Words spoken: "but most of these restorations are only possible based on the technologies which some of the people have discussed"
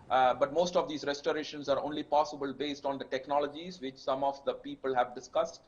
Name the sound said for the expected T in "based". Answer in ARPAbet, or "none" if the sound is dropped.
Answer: T